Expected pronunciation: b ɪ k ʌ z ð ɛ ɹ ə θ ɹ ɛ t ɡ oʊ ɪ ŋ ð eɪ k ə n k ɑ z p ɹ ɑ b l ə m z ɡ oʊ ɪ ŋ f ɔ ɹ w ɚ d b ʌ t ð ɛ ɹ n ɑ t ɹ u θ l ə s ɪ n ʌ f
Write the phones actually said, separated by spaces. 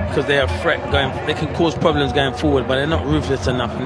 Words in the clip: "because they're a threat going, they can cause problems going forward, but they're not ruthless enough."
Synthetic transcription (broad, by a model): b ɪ k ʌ z ð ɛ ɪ ə f ɹ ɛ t ɡ oʊ ɪ ŋ ð eɪ k ə n k ɑ z p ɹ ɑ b l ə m z ɡ oʊ ɪ ŋ f ɔ ɹ w ɚ d b ʌ t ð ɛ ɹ n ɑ t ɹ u f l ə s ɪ n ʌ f